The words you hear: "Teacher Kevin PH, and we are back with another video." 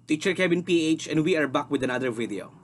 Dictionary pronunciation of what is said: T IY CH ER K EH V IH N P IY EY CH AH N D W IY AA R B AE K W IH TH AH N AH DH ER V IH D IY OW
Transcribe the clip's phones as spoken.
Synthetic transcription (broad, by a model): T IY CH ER K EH B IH N P IY EY CH AH N D W IY AA R B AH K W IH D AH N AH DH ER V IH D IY OW